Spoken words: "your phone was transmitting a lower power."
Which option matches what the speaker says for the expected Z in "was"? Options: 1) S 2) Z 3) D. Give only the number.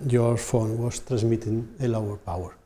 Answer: 1